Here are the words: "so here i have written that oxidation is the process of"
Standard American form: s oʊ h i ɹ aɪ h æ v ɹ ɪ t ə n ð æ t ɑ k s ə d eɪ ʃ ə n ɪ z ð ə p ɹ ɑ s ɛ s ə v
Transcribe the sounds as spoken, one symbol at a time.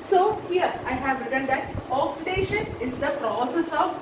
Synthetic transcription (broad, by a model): s oʊ h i ɹ aɪ h æ v ɹ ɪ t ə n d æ t ɑ k s ə d eɪ ʃ ə n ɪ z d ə p ɹ ɑ s ɛ s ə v